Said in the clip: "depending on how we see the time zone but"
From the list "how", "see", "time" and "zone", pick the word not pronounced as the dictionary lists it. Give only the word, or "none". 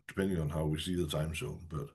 zone